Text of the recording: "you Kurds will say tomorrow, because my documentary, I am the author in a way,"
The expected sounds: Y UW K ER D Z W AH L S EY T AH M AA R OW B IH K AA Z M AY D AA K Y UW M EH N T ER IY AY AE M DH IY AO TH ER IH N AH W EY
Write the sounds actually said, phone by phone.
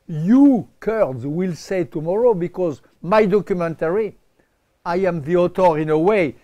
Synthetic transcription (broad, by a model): Y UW K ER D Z W AH L S EY T AH M AA R OW B IH K AA Z M AY D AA K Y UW M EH N T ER IY AY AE M DH IY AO T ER IH N AH W EY